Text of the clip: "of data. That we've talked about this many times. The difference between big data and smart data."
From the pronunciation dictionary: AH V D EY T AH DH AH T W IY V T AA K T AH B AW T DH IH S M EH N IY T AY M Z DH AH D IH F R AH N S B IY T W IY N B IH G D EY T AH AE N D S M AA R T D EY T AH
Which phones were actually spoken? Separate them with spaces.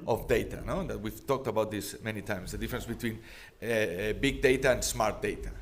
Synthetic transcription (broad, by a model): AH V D EY T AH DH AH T W IY V T AA K T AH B AW T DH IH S M EH N IY T AY M S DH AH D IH F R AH N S B IY T W IY N B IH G D EY T AH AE N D S M AA R T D EY T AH